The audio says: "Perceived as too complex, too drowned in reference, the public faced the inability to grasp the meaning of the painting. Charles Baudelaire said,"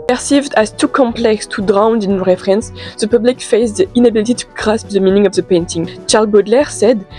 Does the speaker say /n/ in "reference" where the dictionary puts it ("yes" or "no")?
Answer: yes